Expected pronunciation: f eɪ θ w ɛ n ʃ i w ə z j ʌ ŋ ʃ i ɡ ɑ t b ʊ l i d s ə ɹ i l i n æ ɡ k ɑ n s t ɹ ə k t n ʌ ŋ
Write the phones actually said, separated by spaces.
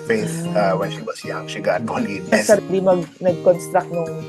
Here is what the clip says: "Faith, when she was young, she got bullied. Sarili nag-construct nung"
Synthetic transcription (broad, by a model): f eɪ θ w ɛ n ʃ i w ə s j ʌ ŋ ʃ i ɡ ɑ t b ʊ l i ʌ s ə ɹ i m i n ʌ ɡ k ɑ n s t ɹ ə k t n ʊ ŋ